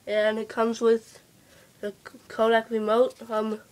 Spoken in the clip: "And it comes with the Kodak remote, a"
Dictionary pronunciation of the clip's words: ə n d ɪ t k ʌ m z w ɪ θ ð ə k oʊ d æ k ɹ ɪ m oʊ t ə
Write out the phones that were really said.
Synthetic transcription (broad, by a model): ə n ɪ t k ʌ m z w ɪ ð ə k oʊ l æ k ɹ ɪ m oʊ t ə